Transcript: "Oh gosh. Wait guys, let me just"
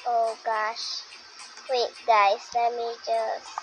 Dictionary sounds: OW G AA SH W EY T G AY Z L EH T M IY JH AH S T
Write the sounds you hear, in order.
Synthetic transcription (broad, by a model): OW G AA SH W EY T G AY S L EH T M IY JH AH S